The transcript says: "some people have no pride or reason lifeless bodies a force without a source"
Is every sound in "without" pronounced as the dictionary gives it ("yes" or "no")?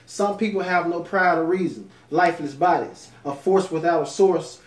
yes